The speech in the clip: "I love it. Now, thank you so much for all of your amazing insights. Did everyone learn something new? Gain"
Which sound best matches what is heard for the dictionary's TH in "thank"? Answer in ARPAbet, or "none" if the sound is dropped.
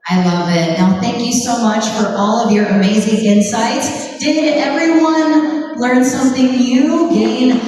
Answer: TH